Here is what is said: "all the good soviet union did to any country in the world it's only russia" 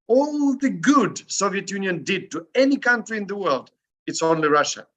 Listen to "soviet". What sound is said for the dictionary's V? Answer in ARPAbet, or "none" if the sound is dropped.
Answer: V